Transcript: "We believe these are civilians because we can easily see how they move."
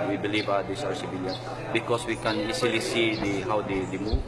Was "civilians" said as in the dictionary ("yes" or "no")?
no